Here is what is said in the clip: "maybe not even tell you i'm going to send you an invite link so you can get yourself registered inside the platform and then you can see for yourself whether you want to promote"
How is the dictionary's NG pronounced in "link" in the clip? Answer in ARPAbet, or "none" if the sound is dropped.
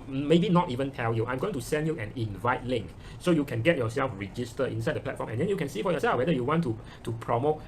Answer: NG